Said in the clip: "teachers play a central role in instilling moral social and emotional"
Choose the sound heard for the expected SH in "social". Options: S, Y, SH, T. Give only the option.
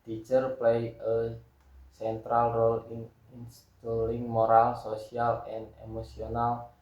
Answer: S